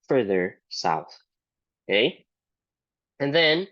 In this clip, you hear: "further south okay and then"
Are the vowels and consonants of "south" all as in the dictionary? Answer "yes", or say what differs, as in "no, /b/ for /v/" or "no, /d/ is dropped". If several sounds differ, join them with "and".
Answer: yes